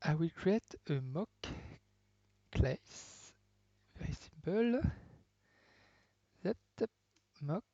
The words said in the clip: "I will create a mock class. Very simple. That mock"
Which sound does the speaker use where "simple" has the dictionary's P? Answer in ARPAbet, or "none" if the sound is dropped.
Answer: B